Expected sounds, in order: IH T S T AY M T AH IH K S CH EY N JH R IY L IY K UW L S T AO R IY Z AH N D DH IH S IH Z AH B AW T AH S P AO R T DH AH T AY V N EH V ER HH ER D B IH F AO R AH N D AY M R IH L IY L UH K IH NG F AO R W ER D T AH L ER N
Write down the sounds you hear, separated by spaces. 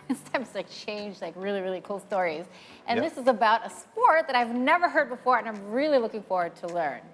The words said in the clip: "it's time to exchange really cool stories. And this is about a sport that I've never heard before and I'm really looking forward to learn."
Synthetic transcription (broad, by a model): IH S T AY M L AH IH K CH EY N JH R IY L IY K UW L S T AO R IY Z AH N DH IH S IH Z AH B AW T AH S P AO R T DH AH T AY V N EH V ER HH ER D B IH F AO R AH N AY M R IH L IY L UH K IH NG F AO R W ER D T AH L ER N